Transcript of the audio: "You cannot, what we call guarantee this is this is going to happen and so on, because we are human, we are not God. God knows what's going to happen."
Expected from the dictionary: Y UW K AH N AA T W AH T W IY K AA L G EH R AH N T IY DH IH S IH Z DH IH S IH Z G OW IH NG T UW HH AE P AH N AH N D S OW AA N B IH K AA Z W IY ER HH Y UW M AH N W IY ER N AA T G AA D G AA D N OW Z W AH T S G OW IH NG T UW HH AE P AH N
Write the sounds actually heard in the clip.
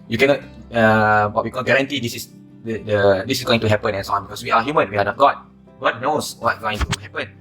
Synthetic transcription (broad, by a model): Y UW K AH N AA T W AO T W IY K AA L G EH R AH N T IY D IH S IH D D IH S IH S G OW IH NG T UW HH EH P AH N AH N S OW AA N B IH K AA S W IY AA HH Y UW M AH N W IY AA N AA T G AA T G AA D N OW S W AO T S G OW IH NG T UW HH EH P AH N